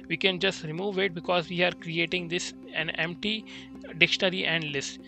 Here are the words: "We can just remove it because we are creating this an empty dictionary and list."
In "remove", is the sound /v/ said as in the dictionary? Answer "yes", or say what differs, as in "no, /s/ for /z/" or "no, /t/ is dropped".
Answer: yes